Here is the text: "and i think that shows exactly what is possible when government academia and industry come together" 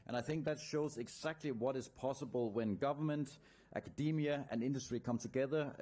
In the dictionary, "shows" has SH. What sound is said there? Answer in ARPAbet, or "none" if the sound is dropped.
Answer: SH